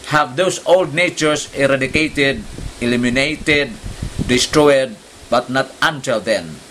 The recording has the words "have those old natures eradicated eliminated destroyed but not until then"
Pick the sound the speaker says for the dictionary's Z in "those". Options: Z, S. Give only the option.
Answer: S